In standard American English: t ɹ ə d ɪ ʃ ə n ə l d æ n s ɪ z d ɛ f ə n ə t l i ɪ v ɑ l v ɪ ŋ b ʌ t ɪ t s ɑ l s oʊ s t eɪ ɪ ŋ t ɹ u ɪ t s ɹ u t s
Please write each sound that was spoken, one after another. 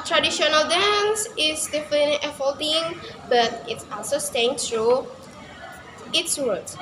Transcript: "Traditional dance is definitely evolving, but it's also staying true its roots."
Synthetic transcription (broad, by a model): t ɹ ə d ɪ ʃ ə n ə l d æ n s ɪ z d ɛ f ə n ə t i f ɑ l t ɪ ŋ b ʌ t ɪ t s ɑ l s oʊ s t eɪ ɪ ŋ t ɹ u ɪ t s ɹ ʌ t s